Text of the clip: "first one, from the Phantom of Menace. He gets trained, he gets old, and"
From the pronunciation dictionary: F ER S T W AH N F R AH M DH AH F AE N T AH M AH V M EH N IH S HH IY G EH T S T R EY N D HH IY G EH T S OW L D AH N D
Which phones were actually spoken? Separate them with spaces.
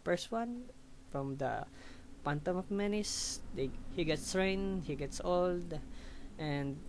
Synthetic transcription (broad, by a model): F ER S T W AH N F R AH M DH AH P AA N T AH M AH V M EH N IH S HH IY G EH T S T R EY N HH IY G EH T S OW L D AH N D